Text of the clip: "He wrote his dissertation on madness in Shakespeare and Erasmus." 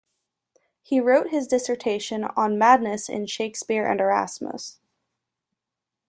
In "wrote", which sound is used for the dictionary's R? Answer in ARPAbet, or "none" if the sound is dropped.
R